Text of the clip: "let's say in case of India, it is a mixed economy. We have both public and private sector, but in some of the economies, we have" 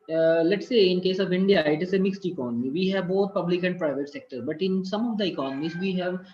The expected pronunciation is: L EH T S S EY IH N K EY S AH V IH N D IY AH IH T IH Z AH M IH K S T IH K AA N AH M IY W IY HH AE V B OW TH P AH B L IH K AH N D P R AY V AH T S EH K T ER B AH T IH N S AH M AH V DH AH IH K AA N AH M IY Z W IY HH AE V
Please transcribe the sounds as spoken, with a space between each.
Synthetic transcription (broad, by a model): L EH T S S EY IH N K EY S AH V IH N D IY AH IH T IH Z AH M IH K S T IH K AA N AH M IY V IY HH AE V B OW T P AH B L IH K AH N D P R AY V AH T S EH K T ER B AH T IH N S AH M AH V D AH IH K AA N AH M IY Z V IY HH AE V